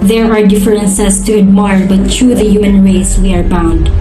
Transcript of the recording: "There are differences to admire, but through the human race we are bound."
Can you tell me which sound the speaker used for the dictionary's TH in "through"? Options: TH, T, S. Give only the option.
T